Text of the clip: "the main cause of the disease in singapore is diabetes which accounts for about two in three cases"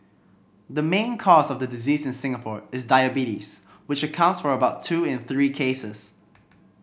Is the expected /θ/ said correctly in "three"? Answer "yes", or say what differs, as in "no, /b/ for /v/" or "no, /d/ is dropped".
yes